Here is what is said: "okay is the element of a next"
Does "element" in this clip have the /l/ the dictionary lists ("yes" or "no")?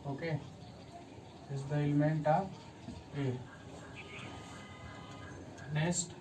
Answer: yes